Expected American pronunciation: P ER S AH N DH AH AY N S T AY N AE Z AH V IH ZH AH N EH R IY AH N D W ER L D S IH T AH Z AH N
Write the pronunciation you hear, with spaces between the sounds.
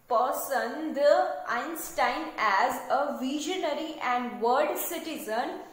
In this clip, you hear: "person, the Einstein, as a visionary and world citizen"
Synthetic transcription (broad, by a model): P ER S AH N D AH AY N S T AY N AE Z AH V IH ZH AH N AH R IY AH N D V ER D S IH T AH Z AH N